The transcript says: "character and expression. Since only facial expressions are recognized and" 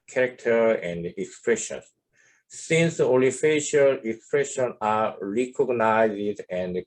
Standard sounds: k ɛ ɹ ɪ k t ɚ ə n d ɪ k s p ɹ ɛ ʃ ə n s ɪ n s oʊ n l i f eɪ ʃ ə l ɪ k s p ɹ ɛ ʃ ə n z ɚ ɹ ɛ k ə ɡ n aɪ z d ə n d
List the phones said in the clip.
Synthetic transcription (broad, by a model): k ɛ ɹ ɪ k t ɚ ə n d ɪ k s p ɹ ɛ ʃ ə n s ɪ n s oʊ l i f eɪ ʃ ə l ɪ k s p ɹ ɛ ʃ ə n ɑ ɹ ɛ k ə ɡ n aɪ z d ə n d